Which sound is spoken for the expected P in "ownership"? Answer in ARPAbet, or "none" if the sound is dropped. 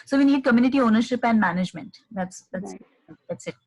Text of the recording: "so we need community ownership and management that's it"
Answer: P